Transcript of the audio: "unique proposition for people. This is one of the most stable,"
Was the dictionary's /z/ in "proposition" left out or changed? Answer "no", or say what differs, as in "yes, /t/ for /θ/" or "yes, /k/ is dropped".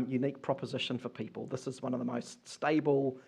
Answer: no